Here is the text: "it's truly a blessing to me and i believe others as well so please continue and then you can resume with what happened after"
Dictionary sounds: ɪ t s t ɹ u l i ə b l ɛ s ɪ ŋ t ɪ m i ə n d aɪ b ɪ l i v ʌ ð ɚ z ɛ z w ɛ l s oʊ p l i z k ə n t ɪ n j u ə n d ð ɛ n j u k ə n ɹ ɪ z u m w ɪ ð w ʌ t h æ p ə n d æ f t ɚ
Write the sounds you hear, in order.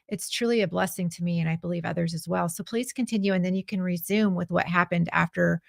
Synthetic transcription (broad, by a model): ɪ t s t ɹ u l i ə b l ɛ s ɪ ŋ t ɪ m i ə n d aɪ b ɪ l i v ʌ ð ɚ z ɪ z w ɛ l s oʊ p l i z k ə n t ɪ n j u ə n ð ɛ n j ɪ k ə n ɹ ɪ z u m w ɪ ð w ʌ t h æ p ə n d æ f t ɚ